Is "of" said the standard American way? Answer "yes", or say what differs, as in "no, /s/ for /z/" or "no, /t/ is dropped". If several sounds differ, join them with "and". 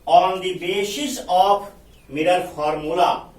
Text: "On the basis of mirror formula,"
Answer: no, /p/ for /v/